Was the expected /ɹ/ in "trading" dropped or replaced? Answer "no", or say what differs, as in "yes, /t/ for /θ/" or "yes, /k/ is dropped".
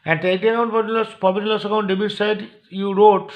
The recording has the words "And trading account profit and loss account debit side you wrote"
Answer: yes, /ɹ/ is dropped